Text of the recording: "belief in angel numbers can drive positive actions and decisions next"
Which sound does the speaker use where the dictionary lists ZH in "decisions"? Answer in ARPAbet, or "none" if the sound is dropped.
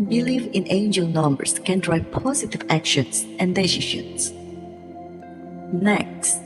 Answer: SH